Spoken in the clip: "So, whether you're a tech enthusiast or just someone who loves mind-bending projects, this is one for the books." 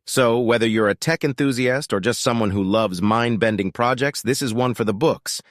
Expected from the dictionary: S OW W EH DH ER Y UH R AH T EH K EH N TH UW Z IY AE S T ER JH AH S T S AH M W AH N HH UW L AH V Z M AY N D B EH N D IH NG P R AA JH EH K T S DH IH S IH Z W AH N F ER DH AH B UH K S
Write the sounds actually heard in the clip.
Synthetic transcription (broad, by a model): S OW W EH DH ER Y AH R AH T EH K EH N TH UW Z IY AE S T ER JH AH S T S AH M W AH N HH UW L AH V Z M AY N B EH N D IH NG P R AA JH EH K T S DH IH S IH Z W AH N F ER DH AH B UH K S